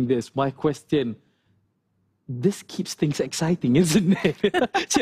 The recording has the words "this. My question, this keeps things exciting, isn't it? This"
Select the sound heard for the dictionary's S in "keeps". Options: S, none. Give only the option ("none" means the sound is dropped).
S